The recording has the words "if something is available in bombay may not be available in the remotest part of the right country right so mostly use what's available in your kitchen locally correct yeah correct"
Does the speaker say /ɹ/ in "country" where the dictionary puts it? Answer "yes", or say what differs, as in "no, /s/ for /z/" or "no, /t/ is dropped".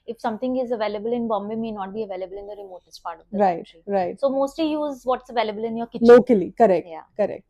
no, /ɹ/ is dropped